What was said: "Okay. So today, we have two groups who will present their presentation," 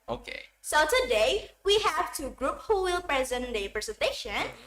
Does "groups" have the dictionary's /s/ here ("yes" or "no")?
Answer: no